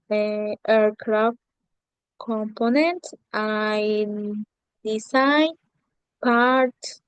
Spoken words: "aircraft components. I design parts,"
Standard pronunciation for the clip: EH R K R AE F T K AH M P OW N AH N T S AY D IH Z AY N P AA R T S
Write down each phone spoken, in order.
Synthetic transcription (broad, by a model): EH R K R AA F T K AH M P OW N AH N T AY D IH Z AY N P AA R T